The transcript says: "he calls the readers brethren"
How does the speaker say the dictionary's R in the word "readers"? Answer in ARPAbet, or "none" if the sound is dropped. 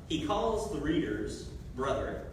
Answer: R